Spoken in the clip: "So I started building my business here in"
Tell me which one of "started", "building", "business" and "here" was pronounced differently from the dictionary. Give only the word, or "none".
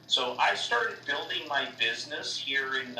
none